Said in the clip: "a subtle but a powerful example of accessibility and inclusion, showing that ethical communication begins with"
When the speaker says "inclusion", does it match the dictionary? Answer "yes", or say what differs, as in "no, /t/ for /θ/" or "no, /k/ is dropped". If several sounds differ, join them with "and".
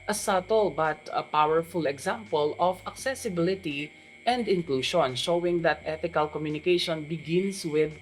no, /ʃ/ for /ʒ/